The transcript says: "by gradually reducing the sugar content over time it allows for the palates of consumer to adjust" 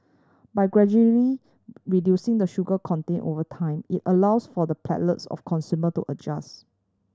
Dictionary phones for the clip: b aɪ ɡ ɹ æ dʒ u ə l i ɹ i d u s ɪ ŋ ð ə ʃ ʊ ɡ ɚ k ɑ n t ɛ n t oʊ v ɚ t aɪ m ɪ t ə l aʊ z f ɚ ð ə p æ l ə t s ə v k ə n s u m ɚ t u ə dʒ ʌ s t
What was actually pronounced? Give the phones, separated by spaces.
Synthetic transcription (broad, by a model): b aɪ ɡ ɹ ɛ dʒ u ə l i ɹ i d u s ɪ ŋ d ə ʃ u ɡ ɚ k ɑ n t ɛ n t oʊ v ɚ t aɪ m ɪ t ə l aʊ s f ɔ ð ə p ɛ l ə t s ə f k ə n s u m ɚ t u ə dʒ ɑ s